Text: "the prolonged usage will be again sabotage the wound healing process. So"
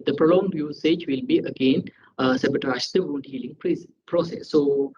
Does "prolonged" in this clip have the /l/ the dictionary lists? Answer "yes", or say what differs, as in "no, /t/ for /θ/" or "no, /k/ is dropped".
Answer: yes